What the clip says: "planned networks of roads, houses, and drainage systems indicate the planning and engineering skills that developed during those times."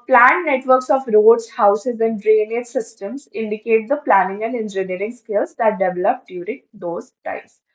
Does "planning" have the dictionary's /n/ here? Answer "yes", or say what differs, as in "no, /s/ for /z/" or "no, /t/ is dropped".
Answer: yes